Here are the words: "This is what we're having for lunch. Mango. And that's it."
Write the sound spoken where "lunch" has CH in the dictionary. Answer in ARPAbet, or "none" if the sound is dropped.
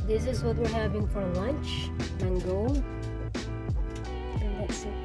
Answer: CH